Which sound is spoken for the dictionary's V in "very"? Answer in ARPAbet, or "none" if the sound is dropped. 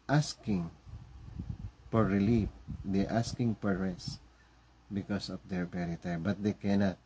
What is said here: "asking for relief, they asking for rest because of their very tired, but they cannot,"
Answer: P